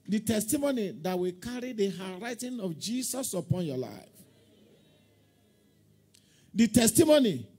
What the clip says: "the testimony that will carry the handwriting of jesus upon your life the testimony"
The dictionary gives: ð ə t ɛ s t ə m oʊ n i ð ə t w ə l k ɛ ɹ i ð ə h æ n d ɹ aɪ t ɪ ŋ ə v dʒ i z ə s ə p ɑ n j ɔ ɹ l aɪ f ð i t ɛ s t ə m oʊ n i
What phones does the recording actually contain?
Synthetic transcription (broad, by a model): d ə t ɛ s t ə m oʊ n i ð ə t w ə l k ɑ ɹ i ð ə h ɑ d ɹ aɪ t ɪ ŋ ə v dʒ i s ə s ə p ɑ n j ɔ l aɪ f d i t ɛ s t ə m oʊ n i